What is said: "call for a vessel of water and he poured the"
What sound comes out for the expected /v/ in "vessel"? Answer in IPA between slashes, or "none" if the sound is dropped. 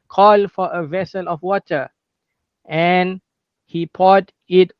/v/